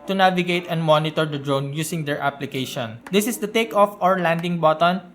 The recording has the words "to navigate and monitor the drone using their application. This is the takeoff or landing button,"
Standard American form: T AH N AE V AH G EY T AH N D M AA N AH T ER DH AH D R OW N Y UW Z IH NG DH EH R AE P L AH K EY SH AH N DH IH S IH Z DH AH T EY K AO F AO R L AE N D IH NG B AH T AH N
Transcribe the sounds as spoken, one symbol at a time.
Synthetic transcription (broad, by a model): T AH N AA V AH G EY T AH N D M AA N AH T ER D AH D R OW N Y UW S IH NG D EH R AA P L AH K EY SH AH N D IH S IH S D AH T EY K AO F AO R L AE N D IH NG B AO T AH N